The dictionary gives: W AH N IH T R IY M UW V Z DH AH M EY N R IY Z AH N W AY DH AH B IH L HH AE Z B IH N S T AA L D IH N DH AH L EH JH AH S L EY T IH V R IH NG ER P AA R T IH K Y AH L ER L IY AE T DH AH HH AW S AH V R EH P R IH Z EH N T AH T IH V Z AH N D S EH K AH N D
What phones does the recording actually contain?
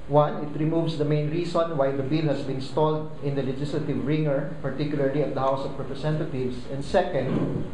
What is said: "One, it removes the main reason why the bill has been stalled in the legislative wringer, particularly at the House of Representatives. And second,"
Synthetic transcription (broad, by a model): W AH N IH T R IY M UW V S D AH M EY N R IY S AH N W AY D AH B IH L HH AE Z B IH N S T AA L D IH N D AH L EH JH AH S L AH T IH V R IH NG ER P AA R T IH K Y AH L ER L IY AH T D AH HH AW S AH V R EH P R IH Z EH N T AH T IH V S AH N D S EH K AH N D